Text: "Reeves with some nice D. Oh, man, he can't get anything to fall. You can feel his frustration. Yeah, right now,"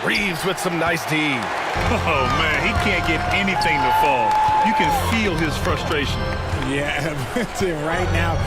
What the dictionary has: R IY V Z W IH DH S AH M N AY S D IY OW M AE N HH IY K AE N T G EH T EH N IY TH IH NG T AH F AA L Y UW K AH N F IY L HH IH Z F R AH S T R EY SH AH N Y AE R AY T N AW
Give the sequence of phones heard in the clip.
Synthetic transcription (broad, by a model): R IY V Z W IH DH S AH M N AY S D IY OW M AE N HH IY K AE N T G EH T EH N IY TH IH NG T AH F AA L Y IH K AH N F IY L IH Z F R AH S T R EY SH AH N Y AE R AY T N AW